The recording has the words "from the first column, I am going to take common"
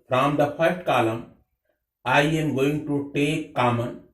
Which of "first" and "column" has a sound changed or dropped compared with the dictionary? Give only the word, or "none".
first